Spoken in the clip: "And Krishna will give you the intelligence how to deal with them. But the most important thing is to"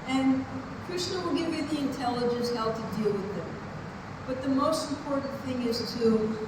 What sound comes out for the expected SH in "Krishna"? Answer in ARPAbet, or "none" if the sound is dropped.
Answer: S